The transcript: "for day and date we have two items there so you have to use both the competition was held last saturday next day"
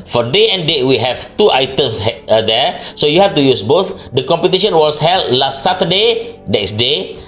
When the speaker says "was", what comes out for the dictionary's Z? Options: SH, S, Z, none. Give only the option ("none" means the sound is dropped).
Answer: S